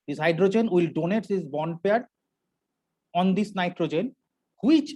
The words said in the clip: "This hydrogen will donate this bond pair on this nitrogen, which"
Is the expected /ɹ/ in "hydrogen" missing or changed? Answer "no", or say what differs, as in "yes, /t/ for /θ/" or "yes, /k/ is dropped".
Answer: no